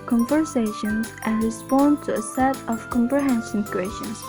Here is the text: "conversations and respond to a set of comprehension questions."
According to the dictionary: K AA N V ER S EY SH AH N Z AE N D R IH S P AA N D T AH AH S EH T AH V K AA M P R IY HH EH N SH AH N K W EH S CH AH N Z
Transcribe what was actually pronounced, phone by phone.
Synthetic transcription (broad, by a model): K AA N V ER S EY SH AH N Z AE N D R IH S P AA N D T AH AH S EH T AH V K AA M P R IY HH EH N S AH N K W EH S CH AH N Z